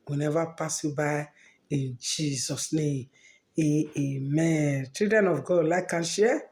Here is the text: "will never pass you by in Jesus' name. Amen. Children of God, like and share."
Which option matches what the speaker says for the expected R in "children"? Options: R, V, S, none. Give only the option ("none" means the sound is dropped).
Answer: none